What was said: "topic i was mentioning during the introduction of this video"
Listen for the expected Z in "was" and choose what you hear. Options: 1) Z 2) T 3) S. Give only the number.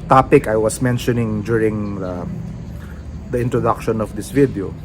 3